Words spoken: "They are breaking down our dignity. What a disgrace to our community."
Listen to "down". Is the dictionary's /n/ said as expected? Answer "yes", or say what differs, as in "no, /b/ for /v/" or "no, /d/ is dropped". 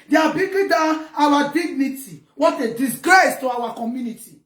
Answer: no, /n/ is dropped